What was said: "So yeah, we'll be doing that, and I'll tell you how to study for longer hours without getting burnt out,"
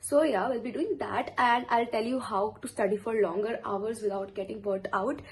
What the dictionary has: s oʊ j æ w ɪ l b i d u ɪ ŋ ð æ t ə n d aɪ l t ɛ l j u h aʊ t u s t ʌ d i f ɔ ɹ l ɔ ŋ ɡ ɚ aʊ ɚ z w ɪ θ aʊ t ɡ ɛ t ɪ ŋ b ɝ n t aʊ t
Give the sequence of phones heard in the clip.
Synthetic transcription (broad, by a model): s oʊ j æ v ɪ l b i d u ɪ ŋ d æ t ə n d aɪ l t ɛ l j u h aʊ t u s t ʌ d i f ɔ ɹ l ɔ ŋ ɡ ɚ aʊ ɚ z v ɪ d aʊ t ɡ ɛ t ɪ ŋ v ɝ t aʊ t